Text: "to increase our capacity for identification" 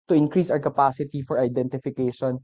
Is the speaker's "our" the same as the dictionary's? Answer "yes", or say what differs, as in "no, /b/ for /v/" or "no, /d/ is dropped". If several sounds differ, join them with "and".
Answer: no, /w/ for /ɹ/